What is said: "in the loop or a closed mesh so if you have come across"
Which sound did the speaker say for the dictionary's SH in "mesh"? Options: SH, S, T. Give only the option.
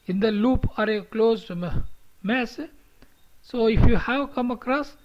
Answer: S